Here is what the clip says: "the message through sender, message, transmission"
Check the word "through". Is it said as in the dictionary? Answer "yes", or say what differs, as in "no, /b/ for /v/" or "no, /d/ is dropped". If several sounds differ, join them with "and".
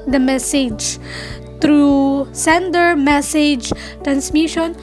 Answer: no, /t/ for /θ/